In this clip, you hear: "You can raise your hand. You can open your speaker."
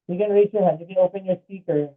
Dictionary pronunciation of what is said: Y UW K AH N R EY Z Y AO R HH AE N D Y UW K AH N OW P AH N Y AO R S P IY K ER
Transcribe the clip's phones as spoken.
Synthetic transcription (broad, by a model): Y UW K AH N R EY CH Y AO R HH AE D Y UW K AH N OW P AH N Y AO R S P IY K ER